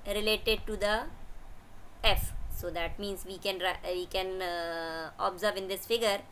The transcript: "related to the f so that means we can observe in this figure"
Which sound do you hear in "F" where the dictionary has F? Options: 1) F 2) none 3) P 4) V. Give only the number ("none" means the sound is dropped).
1